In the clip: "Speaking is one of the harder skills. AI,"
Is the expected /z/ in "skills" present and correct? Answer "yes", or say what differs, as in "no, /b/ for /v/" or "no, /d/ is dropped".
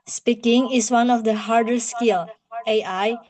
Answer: no, /z/ is dropped